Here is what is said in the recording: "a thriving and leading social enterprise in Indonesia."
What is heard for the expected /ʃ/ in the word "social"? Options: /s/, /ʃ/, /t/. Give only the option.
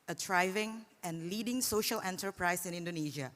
/ʃ/